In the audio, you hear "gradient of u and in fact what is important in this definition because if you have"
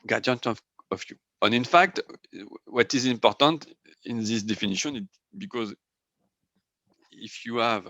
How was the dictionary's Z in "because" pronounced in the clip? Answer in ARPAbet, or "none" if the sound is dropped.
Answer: Z